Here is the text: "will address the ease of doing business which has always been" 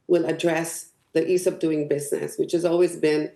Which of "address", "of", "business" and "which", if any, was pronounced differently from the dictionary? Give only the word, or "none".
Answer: of